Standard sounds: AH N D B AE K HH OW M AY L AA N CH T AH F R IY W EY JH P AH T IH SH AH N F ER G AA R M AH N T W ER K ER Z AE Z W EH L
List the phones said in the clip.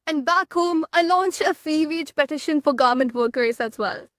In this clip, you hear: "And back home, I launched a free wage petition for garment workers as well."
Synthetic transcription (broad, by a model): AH N D B AE K HH OW M AY L AA N CH T AH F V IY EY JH P AH T IH SH AH N F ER G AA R M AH N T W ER K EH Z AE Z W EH L